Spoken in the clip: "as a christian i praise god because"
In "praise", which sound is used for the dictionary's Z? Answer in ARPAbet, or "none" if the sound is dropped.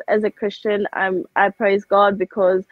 Z